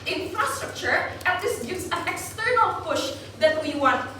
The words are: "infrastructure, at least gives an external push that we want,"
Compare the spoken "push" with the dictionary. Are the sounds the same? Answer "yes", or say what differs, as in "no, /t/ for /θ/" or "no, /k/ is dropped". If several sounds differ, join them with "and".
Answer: yes